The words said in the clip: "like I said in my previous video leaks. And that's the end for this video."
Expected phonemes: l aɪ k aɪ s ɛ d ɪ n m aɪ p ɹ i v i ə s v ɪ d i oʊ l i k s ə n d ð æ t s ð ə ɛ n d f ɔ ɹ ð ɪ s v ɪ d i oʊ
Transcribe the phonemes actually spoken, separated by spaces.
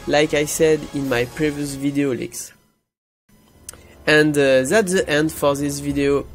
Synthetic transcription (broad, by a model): l aɪ k aɪ s ɛ d ɪ n m aɪ p ɹ i v i ə s v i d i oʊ l i k s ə n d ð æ t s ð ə ɛ n d f ɔ ɹ ð ɪ s v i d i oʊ